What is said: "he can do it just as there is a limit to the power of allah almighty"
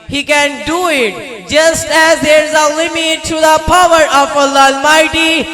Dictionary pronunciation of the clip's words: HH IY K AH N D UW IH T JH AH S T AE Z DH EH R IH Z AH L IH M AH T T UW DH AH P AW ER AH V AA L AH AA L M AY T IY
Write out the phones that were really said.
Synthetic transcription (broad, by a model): HH IY K AH N D UW IH T JH AH S T AE Z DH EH R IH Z AH L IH M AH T T UW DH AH P AW ER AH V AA L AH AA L M AY T IY